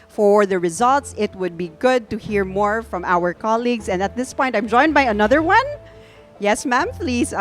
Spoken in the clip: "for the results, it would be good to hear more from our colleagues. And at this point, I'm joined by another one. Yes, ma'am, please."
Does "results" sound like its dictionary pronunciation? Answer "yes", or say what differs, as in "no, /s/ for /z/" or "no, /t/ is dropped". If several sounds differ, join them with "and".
yes